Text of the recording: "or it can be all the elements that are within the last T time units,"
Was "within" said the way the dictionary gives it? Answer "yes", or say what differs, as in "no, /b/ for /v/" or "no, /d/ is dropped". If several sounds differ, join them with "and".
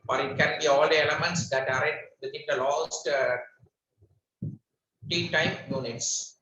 no, /t/ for /θ/